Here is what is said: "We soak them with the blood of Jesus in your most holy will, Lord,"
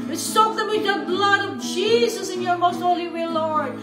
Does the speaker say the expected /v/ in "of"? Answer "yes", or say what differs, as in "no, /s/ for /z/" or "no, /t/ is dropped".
yes